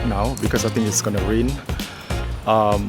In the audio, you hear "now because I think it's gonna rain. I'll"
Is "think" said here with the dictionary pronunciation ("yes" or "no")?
no